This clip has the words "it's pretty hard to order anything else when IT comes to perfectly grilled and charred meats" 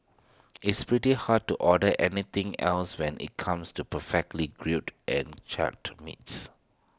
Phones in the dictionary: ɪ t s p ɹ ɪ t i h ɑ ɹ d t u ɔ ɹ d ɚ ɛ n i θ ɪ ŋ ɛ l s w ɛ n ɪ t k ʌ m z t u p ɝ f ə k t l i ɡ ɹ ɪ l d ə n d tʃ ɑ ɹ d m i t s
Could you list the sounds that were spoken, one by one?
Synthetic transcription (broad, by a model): ɪ t s p ɹ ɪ t i h ɑ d t u ɔ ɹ d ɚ ɛ n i t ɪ ŋ ɛ l s w ɛ n ɪ t k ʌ m s t u p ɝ f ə k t l i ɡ ɹ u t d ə n tʃ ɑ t m i t s